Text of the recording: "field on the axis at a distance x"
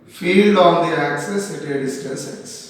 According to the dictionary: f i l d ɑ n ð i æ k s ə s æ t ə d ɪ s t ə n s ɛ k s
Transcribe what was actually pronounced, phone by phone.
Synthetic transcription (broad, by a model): f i l d ɑ n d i æ k s ə s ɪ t ə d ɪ s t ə s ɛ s